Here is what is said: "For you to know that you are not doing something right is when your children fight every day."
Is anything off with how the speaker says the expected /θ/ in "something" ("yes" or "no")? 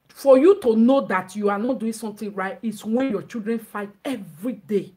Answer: yes